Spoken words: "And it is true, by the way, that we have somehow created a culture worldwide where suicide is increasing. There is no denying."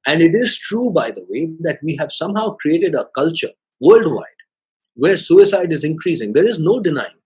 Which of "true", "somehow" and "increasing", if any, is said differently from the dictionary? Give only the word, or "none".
none